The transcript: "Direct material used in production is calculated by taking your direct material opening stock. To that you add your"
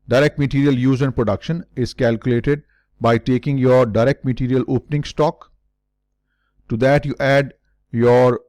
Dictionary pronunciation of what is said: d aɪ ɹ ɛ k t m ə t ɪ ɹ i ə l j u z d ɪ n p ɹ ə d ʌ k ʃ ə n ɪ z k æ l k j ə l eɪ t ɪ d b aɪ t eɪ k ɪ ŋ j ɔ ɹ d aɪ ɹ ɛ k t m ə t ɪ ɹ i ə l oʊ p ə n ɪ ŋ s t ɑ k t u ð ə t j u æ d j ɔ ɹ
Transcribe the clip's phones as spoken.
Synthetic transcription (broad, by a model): d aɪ ɹ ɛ k t m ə t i ɹ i ə l j u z ɪ n p ɹ ə d ʌ k ʃ ə n ɪ z k æ l k j ə l eɪ t ɪ d b aɪ t eɪ k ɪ ŋ j ɔ ɹ d aɪ ɹ ɛ k t m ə t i ɹ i ə l oʊ p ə n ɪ ŋ s t ɑ k t u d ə t j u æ d j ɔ ɹ